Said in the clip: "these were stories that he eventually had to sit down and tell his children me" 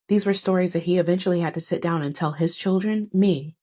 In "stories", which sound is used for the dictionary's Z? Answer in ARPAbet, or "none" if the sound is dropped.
Z